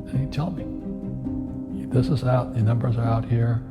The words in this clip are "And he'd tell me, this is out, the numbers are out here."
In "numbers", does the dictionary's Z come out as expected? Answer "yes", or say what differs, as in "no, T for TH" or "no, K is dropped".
yes